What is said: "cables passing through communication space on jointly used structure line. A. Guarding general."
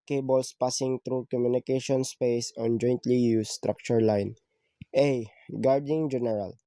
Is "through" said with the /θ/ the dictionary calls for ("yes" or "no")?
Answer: no